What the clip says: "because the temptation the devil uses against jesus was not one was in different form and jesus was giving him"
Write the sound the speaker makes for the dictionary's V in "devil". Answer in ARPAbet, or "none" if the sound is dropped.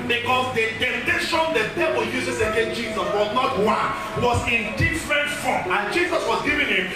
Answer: P